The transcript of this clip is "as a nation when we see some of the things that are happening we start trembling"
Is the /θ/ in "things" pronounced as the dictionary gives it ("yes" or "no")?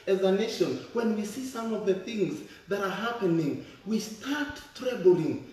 yes